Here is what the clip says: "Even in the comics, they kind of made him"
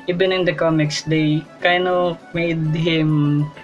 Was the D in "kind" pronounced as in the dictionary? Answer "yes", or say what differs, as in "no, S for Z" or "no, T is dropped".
no, D is dropped